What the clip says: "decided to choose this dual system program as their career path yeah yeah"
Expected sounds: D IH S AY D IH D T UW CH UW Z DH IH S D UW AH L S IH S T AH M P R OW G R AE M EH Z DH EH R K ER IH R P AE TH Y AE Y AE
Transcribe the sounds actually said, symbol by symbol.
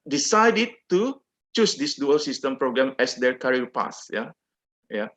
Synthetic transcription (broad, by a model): D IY S AY D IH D T UW CH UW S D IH S D UW AH L S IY S T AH M P R OW G R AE M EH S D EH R K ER R P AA S Y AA Y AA